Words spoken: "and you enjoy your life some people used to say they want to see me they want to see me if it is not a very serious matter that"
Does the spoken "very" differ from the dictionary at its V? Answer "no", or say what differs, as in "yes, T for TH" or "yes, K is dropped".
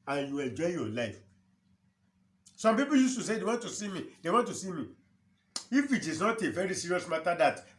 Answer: no